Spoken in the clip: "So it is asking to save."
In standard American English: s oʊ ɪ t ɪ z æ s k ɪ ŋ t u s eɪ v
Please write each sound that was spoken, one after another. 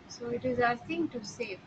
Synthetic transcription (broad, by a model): s oʊ ɪ t ɪ z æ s ɪ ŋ t u s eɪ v